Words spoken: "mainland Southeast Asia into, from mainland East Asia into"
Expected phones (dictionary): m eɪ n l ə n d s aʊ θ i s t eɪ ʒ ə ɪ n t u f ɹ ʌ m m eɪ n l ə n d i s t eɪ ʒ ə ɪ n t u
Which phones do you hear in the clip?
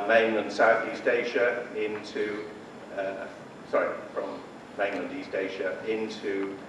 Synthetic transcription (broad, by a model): m eɪ n l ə n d s aʊ θ i s t eɪ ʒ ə ɪ n t u f ɹ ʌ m m eɪ n l ə n d i s t eɪ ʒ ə ɪ n t u